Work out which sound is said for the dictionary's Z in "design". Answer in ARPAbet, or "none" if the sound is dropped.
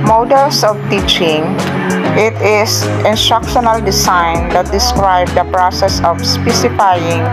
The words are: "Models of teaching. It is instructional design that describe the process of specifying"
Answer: S